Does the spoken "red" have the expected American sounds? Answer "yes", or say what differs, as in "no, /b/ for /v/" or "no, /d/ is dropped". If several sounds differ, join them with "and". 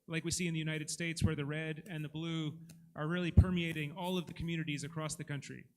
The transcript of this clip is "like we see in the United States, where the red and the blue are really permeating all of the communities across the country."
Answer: yes